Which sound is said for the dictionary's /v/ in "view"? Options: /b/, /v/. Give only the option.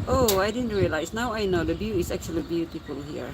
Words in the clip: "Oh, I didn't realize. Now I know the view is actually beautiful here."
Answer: /b/